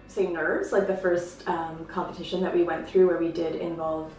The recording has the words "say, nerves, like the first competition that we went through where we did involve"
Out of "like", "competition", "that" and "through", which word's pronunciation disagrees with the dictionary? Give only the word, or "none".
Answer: none